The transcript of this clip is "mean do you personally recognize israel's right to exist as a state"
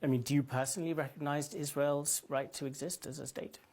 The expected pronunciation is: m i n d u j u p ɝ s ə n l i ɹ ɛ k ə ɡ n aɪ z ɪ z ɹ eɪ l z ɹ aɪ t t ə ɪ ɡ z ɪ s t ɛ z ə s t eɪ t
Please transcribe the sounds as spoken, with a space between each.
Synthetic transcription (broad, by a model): m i n d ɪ j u p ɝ s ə n l i ɹ ɛ k ə ɡ n aɪ z ɪ z ɹ eɪ l z ɹ aɪ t t ə ɪ ɡ z ɪ s t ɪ z ə s t eɪ t